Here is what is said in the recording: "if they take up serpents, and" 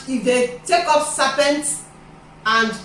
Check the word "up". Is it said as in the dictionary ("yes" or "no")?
no